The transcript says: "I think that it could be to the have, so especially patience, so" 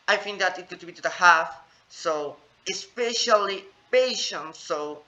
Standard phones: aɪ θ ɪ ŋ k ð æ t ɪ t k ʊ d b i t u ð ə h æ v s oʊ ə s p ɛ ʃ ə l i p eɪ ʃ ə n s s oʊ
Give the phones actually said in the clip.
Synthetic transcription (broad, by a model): aɪ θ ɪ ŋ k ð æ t ɪ t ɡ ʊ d b i t u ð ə h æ f s oʊ ə s p ɛ ʃ ə l i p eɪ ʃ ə n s s oʊ